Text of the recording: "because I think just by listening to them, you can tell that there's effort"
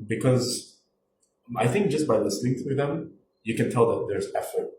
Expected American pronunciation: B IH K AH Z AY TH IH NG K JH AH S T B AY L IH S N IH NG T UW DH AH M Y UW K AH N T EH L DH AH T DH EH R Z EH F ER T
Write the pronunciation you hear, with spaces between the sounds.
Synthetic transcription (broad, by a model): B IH K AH Z AY TH IH NG K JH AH S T B AY L IH S N IH NG T UW DH AH M Y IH K AH N T EH L DH AH T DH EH R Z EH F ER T